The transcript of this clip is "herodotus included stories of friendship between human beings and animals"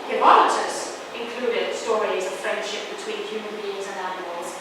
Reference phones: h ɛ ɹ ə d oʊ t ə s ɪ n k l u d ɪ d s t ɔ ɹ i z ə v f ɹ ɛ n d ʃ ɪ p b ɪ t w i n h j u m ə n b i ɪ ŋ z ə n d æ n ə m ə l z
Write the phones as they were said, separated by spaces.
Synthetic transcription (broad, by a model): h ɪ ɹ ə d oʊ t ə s ɪ n k l u d ɪ d s t ɔ ɹ i z ə v f ɹ ɛ n d ʃ ɪ p b ɪ t w i n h j u m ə n b i ɪ ŋ z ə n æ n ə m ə l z